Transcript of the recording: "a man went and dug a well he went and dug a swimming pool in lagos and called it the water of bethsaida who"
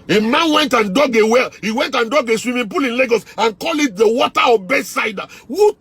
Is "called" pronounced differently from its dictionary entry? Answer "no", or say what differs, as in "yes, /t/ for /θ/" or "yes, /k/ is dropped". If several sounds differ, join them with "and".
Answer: yes, /d/ is dropped